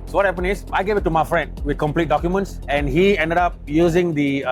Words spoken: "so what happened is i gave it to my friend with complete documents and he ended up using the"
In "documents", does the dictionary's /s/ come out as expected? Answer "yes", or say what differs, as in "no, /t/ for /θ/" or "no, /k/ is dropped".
yes